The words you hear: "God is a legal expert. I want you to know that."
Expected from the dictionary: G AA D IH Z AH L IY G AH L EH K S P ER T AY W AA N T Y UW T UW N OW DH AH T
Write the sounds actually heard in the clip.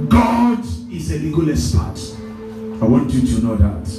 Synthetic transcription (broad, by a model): G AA D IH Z AH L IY G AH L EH S P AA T AY W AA N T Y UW T UW N OW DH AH T